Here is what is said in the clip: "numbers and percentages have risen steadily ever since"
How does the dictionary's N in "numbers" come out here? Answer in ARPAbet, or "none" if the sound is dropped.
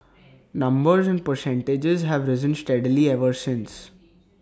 N